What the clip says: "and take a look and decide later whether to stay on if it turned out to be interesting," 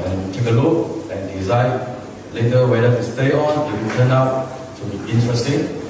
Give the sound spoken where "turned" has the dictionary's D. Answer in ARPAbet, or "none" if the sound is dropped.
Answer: none